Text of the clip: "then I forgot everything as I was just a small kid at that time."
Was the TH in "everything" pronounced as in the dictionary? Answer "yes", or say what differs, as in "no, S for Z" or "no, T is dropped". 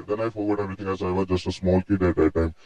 no, T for TH